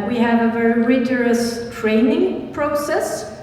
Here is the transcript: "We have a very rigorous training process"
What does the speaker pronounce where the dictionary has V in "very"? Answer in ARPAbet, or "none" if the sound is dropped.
V